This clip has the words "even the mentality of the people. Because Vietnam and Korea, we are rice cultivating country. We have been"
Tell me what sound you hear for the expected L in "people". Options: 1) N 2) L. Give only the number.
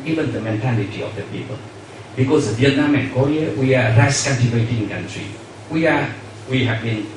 2